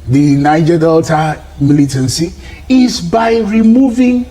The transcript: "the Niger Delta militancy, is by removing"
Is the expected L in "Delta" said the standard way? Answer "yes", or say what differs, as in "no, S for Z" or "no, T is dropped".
yes